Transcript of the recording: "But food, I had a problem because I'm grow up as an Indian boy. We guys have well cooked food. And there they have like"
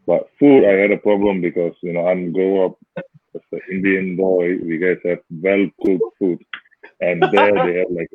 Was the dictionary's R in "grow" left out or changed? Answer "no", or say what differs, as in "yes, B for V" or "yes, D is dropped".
yes, R is dropped